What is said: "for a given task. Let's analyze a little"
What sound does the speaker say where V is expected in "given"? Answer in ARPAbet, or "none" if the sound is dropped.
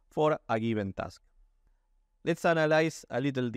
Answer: B